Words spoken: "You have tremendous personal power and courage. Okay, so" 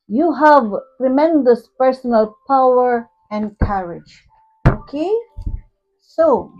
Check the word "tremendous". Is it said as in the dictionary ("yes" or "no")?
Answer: yes